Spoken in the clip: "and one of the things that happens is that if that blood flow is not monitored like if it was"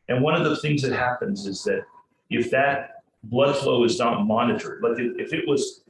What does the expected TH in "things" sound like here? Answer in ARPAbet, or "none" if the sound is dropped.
TH